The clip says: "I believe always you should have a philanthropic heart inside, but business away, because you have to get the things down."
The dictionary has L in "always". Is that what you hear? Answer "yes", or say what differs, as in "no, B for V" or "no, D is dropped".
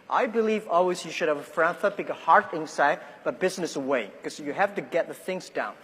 yes